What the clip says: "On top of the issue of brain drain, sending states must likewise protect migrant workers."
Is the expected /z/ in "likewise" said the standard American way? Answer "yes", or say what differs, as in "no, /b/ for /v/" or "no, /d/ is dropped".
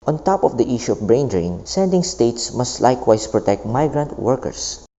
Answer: no, /s/ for /z/